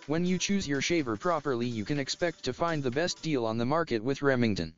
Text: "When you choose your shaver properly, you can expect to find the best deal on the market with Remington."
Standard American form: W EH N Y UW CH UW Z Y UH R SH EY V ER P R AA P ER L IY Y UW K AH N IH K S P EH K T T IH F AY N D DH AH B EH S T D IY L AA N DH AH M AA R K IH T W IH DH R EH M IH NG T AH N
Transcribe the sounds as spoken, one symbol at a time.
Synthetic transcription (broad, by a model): W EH N Y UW CH UW Z Y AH R SH EY V ER P R AA P ER L IY Y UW K AH N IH K S P EH K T T IH F AY N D DH AH B EH S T D IY L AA N DH AH M AA R K IH T W IH DH R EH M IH NG T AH N